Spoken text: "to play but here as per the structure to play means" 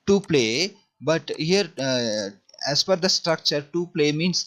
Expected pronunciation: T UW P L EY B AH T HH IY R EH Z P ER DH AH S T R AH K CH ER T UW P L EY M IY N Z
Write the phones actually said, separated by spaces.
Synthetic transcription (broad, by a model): T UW P L EY B AH T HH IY R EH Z F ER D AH S T R AH K CH ER T UW P L EY M IY N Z